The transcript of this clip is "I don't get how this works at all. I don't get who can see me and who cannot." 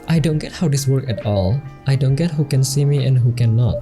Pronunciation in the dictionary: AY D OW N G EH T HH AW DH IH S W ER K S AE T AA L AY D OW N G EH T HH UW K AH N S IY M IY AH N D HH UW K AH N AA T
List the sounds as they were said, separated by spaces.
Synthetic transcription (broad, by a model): AY D OW N G EH T HH AW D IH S W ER K AE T AA L AY D OW N G EH T HH UW K AH N S IY M IY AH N HH UW K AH N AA T